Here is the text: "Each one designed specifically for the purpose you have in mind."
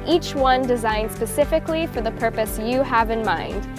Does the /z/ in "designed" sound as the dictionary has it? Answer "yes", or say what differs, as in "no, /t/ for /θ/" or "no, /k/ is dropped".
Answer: yes